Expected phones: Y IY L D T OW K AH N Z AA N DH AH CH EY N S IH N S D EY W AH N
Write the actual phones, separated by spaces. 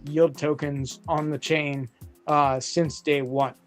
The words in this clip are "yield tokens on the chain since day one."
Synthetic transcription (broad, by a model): Y IY L D T OW K AH N Z N DH AH CH EY N S IH N S D EY W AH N